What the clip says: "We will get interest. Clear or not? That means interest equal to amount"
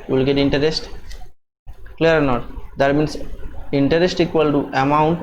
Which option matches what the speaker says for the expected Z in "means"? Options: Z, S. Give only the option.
S